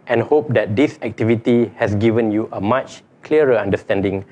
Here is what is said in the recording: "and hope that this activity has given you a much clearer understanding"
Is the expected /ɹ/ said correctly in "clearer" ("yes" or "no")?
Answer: no